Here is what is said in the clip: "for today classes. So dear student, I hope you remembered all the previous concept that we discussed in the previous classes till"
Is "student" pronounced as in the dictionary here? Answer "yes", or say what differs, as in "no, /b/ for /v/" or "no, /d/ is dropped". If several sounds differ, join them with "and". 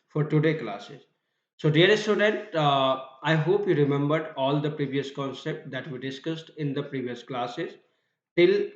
yes